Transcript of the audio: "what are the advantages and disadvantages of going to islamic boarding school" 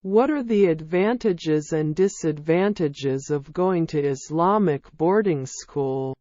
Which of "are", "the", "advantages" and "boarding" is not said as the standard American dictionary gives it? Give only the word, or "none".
none